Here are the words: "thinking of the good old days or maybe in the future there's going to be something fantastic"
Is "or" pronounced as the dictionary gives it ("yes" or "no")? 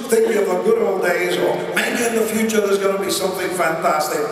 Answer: no